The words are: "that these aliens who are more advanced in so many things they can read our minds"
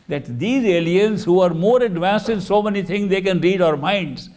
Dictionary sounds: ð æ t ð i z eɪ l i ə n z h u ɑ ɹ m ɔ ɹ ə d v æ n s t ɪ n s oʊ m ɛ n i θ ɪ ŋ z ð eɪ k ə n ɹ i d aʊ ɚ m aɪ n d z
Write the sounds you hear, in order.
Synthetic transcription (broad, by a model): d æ t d i z eɪ l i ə n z h u ɑ ɹ m ɔ ɹ ə d v æ n s t ɪ n s oʊ m ɛ n i t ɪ ŋ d eɪ k ə n ɹ i d aʊ ɚ m aɪ n d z